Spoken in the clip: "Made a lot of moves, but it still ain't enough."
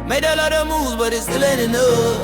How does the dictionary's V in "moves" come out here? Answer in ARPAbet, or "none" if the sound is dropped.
none